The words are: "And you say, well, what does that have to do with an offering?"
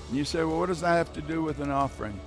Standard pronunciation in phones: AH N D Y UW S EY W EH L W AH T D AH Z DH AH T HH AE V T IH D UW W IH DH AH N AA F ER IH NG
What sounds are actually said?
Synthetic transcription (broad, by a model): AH N Y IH S EY W EH L W AH T D AH Z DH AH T HH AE F T IH D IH W IH DH AH N AA F ER IH NG